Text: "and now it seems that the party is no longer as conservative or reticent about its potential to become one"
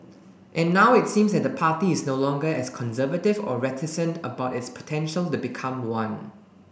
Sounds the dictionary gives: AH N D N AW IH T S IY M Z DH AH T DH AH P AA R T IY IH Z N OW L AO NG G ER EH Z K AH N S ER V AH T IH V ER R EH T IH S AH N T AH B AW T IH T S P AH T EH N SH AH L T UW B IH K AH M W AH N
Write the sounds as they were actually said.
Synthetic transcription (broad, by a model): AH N N AW IH T S IY M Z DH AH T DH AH P AA T IY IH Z N OW L AO NG G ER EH S K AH N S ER V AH T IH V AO R EH T IH S AH N T AH B AW T IH T S P AH T EH N SH AH L T UW B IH K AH M W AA N